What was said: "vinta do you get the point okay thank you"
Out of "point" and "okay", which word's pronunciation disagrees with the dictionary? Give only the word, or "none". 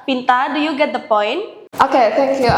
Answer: none